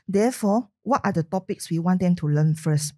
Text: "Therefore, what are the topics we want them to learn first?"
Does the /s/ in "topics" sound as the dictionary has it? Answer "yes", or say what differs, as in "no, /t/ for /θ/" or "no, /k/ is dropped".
yes